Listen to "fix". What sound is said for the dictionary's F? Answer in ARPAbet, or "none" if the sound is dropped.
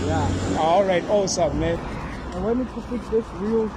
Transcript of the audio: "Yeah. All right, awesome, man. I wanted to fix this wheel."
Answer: P